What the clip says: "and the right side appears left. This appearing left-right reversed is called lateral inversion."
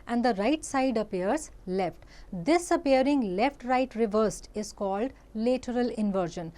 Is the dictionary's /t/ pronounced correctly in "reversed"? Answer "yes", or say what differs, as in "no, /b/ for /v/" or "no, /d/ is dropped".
yes